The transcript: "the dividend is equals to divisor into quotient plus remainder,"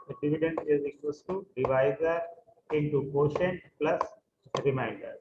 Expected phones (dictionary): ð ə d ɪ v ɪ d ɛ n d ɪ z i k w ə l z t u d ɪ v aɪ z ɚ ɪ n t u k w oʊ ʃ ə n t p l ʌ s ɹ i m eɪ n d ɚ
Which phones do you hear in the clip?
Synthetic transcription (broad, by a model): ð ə d ɪ v ɪ d ɛ n d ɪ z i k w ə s t u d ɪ v aɪ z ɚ ɪ n t u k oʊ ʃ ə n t p l ʌ s ɹ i m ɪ n d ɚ